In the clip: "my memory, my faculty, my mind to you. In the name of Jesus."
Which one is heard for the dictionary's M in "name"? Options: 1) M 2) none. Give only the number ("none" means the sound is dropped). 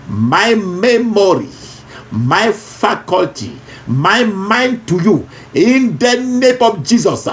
1